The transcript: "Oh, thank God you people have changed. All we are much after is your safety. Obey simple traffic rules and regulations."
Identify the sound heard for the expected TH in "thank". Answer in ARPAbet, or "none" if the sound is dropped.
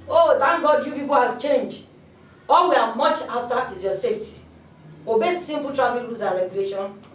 T